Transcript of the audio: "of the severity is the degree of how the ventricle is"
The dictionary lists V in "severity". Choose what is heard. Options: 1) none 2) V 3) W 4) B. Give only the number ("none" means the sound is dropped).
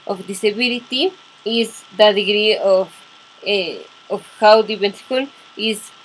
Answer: 4